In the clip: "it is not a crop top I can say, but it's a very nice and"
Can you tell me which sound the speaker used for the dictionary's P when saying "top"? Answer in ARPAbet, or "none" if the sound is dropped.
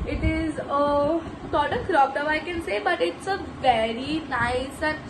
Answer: F